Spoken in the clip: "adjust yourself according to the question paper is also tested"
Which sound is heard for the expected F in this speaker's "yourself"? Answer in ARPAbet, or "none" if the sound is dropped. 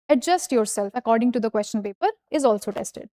F